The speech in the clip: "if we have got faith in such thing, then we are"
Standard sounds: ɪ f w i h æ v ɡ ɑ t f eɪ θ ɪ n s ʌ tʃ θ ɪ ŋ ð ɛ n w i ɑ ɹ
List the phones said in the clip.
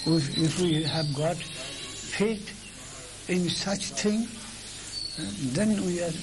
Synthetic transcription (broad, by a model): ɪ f w i h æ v ɡ ɑ t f eɪ t ɪ n s ʌ tʃ t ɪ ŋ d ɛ n w i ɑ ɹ